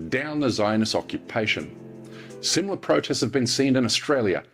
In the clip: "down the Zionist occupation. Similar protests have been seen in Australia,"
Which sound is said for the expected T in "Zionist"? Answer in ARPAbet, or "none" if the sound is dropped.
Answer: none